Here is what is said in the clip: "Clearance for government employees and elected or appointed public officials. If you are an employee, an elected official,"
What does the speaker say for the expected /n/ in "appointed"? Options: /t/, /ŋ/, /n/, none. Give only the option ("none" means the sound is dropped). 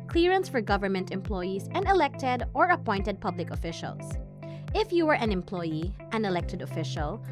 /n/